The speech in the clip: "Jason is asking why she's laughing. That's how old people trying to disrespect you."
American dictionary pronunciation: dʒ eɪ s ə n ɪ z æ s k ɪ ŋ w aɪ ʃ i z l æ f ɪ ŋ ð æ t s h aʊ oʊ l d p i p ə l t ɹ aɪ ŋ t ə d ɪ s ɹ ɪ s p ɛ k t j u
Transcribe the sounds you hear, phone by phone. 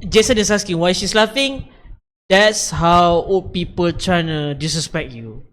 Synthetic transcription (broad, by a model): dʒ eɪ s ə n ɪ s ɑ s k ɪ ŋ w aɪ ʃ i s l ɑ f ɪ ŋ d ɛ t s h aʊ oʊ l p i p ə l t ɹ aɪ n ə d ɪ s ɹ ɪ s p ɛ k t j u